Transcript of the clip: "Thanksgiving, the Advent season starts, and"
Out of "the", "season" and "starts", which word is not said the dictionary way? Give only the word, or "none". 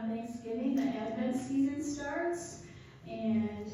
none